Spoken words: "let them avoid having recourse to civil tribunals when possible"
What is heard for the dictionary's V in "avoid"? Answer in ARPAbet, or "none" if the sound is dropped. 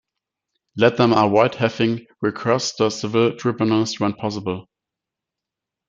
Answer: W